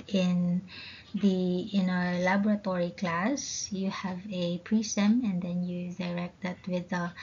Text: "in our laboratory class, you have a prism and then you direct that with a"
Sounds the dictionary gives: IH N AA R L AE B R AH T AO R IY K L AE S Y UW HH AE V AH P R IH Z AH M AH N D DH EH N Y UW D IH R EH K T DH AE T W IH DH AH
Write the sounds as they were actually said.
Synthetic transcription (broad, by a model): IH N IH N L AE B R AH T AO R IY K L AE S Y UW HH AE V AH P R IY S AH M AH N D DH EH N Y UW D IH R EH K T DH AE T W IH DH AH